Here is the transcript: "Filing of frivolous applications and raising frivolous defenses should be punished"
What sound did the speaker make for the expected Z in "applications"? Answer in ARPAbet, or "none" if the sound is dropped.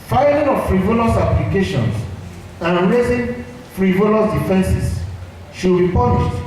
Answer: S